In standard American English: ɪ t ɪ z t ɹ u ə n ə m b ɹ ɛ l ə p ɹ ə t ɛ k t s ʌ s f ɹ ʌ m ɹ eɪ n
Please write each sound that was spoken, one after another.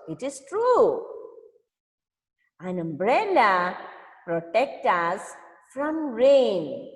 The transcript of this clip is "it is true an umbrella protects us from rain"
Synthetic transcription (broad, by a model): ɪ t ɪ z t ɹ u ə n ə m b ɹ ɛ l ə p ɹ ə t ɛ k t ʌ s f ɹ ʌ m ɹ eɪ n